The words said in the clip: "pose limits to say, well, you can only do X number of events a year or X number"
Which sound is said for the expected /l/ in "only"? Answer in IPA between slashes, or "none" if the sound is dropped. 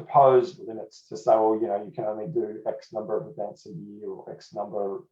/l/